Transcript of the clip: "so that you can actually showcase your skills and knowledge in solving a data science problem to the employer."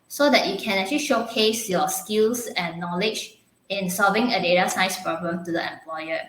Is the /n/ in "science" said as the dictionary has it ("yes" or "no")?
no